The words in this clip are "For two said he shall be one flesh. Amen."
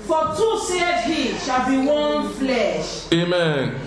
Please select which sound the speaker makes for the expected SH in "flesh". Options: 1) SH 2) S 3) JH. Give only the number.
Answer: 1